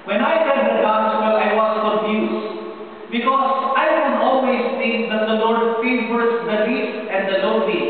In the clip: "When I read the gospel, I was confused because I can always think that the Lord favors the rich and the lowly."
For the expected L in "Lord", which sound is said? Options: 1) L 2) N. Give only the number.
1